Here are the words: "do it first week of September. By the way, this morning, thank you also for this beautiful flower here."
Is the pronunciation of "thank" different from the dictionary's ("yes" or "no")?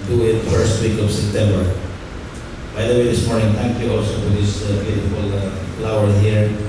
yes